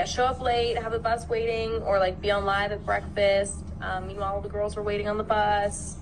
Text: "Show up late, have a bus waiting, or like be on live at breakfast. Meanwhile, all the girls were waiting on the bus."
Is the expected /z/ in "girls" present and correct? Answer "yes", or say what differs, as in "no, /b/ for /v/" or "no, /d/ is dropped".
yes